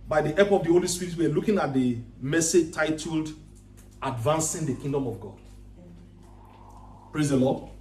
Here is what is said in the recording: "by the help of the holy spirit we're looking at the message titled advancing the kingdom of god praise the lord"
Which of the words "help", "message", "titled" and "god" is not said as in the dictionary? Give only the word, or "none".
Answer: help